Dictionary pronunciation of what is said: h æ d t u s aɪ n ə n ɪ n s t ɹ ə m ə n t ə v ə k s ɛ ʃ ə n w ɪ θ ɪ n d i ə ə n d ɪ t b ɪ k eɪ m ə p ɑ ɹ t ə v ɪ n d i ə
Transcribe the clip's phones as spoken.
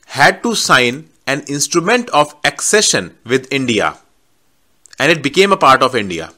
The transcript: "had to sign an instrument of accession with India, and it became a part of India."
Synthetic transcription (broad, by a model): h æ d t u s aɪ n ə n ɪ n s t ɹ ə m ə n t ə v ə k s ɛ ʃ ə n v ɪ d ɪ n d i ə ə n d ɪ t b ɪ k eɪ m ə p ɑ ɹ t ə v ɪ n d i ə